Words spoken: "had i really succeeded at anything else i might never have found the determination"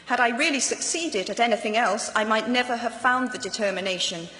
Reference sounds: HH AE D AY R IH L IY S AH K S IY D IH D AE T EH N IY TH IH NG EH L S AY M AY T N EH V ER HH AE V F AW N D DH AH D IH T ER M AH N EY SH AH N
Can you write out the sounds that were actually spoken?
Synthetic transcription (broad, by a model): HH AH D AY R IH L IY S AH K S IY D IH D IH T EH N IY TH IH NG EH L S AY M AY T N EH V ER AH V F AW N DH AH D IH T ER M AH N EY SH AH N